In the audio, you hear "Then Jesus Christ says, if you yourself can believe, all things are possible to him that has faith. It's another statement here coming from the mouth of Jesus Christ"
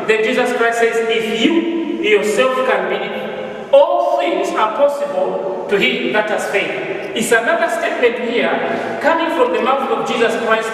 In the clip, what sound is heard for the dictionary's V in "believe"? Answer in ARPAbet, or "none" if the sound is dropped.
none